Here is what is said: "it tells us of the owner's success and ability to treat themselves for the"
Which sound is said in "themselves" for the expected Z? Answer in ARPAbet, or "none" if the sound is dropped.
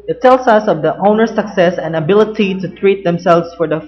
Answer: S